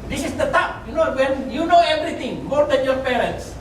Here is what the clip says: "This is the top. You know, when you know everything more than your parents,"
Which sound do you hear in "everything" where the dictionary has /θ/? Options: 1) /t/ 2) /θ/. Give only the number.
1